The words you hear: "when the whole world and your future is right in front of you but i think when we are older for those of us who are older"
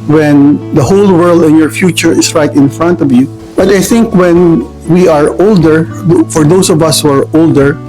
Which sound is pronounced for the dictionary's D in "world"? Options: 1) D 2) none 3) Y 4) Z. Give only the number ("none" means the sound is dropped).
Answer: 1